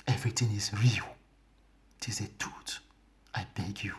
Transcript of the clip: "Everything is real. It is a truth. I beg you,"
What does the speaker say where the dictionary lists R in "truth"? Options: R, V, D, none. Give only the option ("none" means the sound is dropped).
none